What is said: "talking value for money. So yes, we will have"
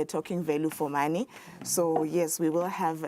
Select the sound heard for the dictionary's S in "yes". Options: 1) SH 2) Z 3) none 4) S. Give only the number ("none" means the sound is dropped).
4